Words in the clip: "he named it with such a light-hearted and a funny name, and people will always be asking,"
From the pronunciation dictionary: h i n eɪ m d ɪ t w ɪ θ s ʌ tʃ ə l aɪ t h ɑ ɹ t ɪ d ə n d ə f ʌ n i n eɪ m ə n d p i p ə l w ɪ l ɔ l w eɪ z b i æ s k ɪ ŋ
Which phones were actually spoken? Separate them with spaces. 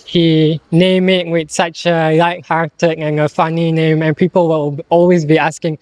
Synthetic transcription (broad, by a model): h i n eɪ m ɪ t w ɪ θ s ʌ tʃ ə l aɪ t h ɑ ɹ t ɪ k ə n ə f ʌ n i n eɪ m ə n p i p ə l w ɪ l ɔ l w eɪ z b i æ s k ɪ ŋ